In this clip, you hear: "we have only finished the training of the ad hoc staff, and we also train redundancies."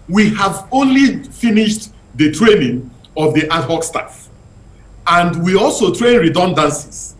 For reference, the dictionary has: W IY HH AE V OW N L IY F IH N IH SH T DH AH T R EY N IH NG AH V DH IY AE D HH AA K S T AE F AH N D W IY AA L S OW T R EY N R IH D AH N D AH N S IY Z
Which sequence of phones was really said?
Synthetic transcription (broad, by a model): W IY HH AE V OW N L IY F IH N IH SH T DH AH T R EY N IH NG AH V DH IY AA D HH AA K S T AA F AH N D W IY AA L S OW T R EY N R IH D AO N D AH N S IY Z